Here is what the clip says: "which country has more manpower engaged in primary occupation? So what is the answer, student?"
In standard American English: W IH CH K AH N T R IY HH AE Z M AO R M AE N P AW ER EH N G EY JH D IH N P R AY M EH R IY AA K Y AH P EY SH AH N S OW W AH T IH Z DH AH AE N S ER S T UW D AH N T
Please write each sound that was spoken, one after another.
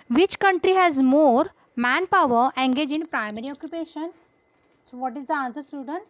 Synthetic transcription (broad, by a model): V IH CH K AH N T R IY HH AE Z M AO R M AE N P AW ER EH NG G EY JH IH N P R AY M EH R IY AA K Y AH P EY SH AH N S OW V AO T IH Z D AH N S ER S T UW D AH N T